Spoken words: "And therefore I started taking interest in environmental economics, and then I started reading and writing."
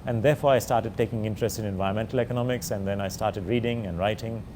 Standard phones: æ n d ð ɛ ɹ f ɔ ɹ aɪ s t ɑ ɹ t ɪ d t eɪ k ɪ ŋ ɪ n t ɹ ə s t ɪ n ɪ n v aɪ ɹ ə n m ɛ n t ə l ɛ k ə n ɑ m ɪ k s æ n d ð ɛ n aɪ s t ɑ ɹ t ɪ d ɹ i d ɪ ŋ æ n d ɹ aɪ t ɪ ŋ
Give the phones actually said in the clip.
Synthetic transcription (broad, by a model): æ n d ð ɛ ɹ f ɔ ɹ aɪ s t ɑ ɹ t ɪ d t eɪ k ɪ ŋ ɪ n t ɹ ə s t ɪ n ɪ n v aɪ ə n m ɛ n t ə l ɛ k ə n ɑ m ɪ k s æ n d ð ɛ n aɪ s t ɑ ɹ t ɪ d ɹ i d ɪ ŋ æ n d ɹ aɪ t ɪ ŋ